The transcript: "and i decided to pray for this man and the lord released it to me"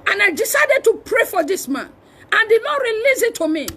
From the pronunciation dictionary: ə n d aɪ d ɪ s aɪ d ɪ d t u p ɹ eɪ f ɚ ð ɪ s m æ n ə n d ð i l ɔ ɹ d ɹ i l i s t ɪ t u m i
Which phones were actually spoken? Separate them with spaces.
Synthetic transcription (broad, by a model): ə n aɪ d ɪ s aɪ d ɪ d t u p ɹ eɪ f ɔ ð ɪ s m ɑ n ə n d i n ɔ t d ɹ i l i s ɪ t u m i